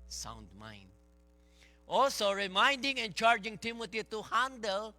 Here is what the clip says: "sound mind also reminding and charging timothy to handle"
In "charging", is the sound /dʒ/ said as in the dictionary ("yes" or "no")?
yes